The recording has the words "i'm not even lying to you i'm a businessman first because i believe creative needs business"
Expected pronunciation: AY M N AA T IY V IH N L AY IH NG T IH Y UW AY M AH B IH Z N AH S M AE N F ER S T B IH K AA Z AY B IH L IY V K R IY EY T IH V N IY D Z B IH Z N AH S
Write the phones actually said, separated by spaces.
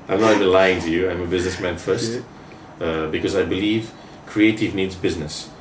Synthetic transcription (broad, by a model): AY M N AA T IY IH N L AY IH NG T IH Y UW AY M AH B IH Z N AH S M AE N F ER S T B IH K AA Z AY B IH L IY V K R IY EY T IH V N IY D Z B IH Z N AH S